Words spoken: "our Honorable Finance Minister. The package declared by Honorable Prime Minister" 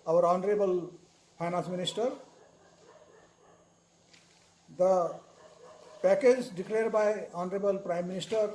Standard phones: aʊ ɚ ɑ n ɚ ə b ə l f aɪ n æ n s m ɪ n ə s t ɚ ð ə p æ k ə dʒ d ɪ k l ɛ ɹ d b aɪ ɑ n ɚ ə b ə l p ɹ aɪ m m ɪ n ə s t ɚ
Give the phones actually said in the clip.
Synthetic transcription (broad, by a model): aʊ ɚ ɑ n ɚ ə b ə l p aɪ n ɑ n s m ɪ n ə s t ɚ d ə p æ k ə dʒ d ɪ k l ɛ ɹ d b aɪ ɑ n ɚ ə b ə l p ɹ aɪ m m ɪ n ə s t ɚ